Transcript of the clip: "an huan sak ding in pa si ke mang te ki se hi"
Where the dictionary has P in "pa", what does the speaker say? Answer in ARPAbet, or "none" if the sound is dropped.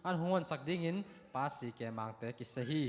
P